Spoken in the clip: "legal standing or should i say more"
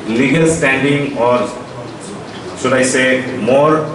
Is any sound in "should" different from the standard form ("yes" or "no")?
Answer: yes